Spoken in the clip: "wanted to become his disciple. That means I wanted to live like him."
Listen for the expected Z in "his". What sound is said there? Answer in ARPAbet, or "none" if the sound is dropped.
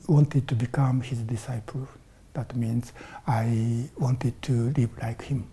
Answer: Z